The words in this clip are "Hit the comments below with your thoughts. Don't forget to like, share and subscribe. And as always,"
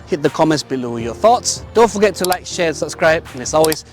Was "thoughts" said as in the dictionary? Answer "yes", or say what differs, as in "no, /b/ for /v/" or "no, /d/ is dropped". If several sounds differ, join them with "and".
yes